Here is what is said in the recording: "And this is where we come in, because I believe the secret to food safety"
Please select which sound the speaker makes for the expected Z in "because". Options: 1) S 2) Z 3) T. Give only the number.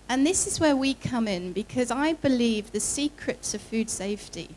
2